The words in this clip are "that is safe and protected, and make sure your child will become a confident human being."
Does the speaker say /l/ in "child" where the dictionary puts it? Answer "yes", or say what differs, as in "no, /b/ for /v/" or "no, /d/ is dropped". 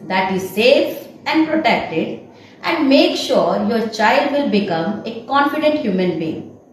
yes